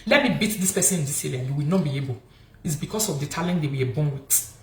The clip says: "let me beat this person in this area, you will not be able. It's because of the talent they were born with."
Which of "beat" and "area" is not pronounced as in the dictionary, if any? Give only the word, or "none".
area